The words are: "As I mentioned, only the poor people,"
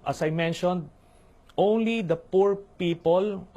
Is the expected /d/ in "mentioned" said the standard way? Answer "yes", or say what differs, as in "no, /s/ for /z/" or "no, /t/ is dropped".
yes